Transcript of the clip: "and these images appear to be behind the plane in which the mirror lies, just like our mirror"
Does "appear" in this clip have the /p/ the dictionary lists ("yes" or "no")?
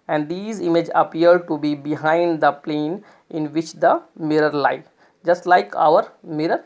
no